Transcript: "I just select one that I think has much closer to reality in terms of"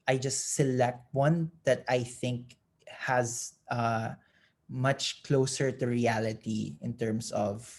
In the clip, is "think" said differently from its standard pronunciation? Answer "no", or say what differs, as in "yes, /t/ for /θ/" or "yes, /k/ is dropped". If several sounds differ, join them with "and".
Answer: no